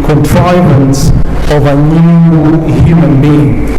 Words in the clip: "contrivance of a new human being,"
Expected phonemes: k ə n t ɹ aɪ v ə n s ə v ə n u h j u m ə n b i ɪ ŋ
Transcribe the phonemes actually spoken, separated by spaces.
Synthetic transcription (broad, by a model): k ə n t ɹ aɪ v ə n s ə v ə n u h j u m ə n b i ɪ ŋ